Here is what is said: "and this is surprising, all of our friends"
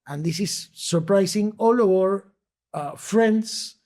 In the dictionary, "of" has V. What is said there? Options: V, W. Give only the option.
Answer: W